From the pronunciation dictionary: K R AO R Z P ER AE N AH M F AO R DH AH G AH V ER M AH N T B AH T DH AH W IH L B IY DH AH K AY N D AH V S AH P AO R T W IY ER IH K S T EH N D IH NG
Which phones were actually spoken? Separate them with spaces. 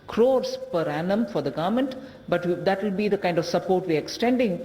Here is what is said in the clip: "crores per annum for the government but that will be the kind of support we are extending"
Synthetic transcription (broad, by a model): K R AO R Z P ER AE N AH M F AO R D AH G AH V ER M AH N T B AH T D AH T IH L B IY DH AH K AY N D AH V S AH P AO R T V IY ER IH K S T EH N D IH NG